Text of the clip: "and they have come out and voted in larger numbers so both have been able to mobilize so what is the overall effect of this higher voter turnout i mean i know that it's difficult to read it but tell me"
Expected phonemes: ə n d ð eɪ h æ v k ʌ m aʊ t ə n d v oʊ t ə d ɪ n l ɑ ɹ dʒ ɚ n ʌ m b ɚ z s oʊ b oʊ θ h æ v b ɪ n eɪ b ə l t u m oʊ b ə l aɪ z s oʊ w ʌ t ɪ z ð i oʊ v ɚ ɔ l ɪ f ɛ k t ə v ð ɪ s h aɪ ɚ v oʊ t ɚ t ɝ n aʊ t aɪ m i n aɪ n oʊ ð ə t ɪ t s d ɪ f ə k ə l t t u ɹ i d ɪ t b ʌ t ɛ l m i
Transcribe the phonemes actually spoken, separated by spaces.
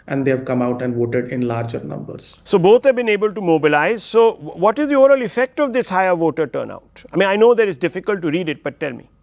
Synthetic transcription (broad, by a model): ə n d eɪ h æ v k ʌ m aʊ t ə n d v oʊ t ə d ɪ n l ɑ ɹ dʒ ɚ n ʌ m b ɚ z s oʊ b oʊ t h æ v b ɪ n eɪ b ə l t u m oʊ b ə l aɪ z s oʊ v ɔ t ɪ z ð i oʊ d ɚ l ɪ f ɛ k t ə v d ɪ s h aɪ ɚ v oʊ t ɚ t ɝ n aʊ t aɪ m i n aɪ n oʊ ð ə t ɪ t s d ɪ f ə k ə l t t u ɹ i d ɪ t b ʌ t ɛ l m i